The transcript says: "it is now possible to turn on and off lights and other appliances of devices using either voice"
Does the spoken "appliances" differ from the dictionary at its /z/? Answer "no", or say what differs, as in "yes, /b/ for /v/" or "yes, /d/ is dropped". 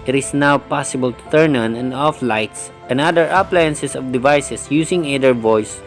yes, /s/ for /z/